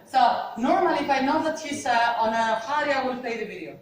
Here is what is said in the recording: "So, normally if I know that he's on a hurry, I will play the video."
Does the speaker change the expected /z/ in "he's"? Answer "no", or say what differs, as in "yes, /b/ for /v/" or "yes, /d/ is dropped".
yes, /s/ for /z/